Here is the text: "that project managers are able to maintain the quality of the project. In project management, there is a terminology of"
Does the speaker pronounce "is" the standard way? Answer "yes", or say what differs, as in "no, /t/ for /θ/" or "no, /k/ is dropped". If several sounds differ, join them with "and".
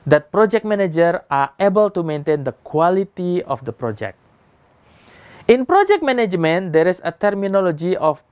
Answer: no, /s/ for /z/